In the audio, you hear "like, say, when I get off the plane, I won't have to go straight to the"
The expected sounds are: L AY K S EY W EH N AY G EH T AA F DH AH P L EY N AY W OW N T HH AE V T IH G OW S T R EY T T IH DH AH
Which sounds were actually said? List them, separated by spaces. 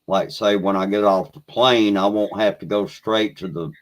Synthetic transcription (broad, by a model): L AY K S EY W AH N AY G EH T AA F DH AH P L EY N AY W OW N T HH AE F T IH G OW S T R EY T T IH DH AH